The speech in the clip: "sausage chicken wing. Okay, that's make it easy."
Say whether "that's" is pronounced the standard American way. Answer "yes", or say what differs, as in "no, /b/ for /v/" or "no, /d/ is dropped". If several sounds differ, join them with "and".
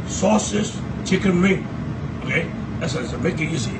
no, /s/ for /t/